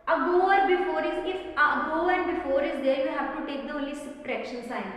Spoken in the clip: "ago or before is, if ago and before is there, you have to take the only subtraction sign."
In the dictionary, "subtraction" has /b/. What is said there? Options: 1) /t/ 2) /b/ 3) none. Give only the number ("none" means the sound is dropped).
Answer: 3